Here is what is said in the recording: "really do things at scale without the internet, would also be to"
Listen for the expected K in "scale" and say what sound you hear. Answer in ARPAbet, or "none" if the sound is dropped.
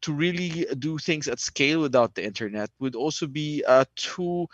K